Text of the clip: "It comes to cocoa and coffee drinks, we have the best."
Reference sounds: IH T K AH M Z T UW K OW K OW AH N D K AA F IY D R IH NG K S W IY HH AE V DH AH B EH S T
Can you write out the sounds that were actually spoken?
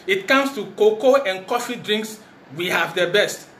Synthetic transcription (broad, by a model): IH T K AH M S T UW K OW K OW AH N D K AA F IY D R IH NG K S W IY HH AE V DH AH B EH S T